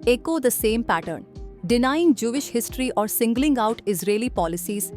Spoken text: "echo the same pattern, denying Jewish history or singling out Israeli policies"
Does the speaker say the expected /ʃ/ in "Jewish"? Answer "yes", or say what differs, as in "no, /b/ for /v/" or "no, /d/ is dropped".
yes